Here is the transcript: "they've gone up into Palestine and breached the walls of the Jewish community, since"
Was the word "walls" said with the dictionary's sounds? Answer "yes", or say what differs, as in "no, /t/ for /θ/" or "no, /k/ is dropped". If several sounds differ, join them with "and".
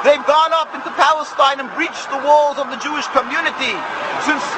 yes